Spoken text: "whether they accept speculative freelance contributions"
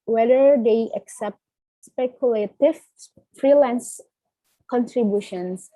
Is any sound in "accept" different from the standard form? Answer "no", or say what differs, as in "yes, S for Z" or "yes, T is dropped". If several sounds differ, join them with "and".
no